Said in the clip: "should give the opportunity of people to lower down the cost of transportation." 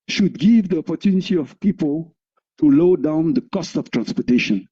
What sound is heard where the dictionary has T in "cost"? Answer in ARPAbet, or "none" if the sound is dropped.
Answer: T